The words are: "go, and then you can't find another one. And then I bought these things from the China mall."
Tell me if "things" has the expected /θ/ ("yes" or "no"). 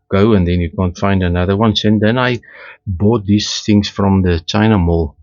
yes